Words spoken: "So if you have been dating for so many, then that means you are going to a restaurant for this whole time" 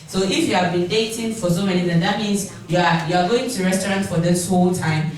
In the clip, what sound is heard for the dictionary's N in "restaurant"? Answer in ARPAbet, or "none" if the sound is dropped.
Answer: N